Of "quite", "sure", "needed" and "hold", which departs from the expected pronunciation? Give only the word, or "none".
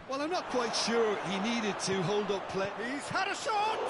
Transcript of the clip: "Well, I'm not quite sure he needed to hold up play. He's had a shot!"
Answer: none